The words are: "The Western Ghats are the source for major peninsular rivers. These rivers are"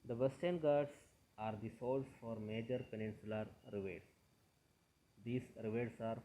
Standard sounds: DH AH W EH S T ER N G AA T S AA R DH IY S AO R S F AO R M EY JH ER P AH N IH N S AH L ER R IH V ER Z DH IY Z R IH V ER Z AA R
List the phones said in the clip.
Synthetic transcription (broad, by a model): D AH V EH S T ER N G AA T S AA R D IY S AO L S F AO R M EY JH ER P AH N IH N S AH L ER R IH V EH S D IY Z R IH V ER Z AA R